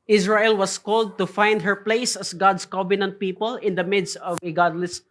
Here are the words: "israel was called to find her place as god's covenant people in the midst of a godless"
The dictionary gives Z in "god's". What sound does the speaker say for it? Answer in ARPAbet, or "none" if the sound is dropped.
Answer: S